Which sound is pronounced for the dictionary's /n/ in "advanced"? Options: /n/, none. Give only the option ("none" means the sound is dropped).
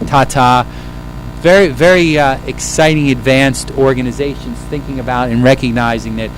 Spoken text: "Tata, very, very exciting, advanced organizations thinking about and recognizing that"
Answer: /n/